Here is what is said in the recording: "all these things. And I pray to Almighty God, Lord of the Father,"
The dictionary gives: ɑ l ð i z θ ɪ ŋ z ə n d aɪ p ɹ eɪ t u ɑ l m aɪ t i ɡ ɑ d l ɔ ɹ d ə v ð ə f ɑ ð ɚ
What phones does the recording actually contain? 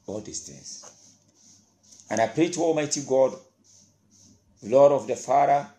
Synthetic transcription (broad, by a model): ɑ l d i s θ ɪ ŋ s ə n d aɪ p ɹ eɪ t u ɑ l m aɪ t i ɡ ɑ d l ɔ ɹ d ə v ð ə f ɑ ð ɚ